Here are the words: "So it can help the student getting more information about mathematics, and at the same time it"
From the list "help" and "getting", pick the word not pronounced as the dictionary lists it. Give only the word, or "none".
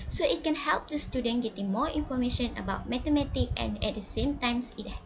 none